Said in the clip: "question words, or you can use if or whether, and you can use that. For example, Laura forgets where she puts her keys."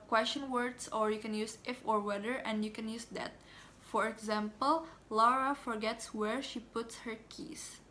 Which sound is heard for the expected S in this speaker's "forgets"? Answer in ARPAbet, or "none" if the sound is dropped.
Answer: S